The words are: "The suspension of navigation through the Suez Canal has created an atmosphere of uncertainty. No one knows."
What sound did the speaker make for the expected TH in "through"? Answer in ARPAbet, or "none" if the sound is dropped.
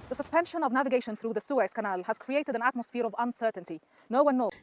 TH